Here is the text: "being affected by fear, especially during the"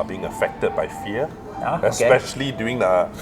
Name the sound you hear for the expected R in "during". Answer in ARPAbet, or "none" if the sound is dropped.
none